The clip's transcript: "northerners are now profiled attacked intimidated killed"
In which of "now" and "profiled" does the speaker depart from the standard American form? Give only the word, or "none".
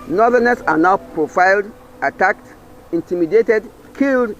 none